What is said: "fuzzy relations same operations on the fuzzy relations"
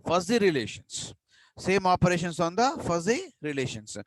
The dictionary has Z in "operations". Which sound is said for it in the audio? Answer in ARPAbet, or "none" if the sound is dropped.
S